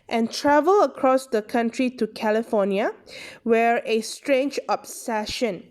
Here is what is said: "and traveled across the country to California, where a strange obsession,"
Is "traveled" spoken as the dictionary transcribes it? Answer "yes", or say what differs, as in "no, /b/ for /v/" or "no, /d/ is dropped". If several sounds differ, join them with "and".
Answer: no, /d/ is dropped